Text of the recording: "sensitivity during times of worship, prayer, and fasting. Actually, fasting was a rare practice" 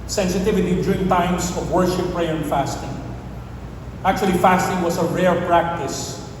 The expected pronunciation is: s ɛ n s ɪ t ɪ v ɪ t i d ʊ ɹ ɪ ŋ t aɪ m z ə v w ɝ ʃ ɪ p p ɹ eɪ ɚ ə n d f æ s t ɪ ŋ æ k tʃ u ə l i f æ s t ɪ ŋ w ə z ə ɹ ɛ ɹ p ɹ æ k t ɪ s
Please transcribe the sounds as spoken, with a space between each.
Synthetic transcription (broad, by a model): s ɛ n s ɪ t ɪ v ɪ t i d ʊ ɹ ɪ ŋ t aɪ m s ə v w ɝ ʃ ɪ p p ɹ eɪ ɚ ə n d f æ s t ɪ ŋ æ k tʃ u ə l i f æ s t ɪ ŋ w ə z ə ɹ ɛ ɹ p ɹ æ k t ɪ s